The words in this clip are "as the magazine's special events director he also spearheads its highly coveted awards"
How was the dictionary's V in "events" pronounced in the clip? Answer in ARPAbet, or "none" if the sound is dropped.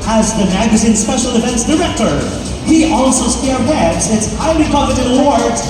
F